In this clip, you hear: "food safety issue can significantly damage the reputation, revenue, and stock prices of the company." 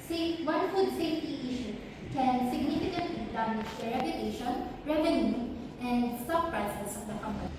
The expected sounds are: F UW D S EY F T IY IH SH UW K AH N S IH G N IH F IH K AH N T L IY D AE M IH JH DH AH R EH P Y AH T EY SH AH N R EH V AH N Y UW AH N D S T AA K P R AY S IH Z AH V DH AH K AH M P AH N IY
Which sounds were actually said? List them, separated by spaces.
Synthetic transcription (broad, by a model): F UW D S EY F T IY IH SH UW K AH N S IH G N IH F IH K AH N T IY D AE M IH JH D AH R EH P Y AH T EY SH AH N R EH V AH N Y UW AH N D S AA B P R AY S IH S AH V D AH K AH M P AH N IY